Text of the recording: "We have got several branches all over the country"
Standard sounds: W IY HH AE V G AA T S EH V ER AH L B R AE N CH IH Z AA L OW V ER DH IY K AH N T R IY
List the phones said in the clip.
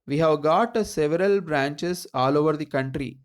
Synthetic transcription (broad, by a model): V IY HH AE V G AA T S EH V ER AH L B R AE N CH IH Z AA L OW V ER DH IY K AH N T R IY